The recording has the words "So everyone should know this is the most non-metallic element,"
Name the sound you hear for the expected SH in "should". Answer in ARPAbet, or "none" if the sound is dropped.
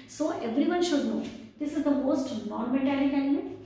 SH